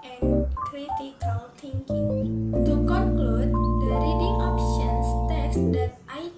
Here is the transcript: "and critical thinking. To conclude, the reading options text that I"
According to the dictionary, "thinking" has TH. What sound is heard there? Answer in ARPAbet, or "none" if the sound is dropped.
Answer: T